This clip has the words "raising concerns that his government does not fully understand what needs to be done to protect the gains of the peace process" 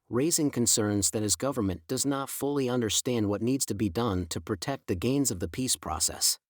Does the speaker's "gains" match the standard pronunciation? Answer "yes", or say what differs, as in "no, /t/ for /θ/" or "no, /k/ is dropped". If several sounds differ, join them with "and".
yes